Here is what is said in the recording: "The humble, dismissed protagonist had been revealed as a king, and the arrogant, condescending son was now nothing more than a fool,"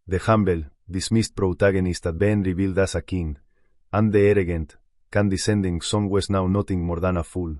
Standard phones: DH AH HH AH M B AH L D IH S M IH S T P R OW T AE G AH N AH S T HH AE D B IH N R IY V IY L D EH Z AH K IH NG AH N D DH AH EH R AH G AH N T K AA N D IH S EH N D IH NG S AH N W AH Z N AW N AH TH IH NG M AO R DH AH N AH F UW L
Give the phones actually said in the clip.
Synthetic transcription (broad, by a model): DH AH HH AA M B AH L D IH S M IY S T P R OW T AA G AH N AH S T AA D B IH N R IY B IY L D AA S AH K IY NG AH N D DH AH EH R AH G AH N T K AA N D IH S EH N D IH NG S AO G W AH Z N AW N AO T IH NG M AO R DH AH N AH F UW L